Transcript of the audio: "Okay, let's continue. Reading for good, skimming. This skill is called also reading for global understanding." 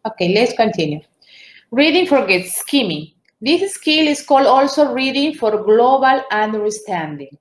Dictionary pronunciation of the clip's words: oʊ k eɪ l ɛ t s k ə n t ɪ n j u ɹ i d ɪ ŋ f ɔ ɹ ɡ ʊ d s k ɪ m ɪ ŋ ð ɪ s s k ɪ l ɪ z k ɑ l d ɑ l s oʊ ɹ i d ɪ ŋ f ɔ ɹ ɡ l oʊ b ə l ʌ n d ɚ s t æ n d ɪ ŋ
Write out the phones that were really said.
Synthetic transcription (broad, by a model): oʊ k eɪ l ɛ t s k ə n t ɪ n j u ɹ i d ɪ ŋ f ɔ ɹ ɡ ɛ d s k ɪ m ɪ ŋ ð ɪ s s k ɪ l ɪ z k ɑ l d ɑ l s oʊ ɹ i d ɪ ŋ f ɔ ɹ ɡ l oʊ b ə l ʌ n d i s t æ n d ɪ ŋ